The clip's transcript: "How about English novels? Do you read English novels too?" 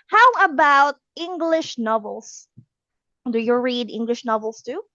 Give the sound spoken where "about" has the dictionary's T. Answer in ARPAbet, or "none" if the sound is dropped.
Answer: T